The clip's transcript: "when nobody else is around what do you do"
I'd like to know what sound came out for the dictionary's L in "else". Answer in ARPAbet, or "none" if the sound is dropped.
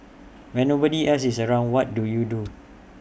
none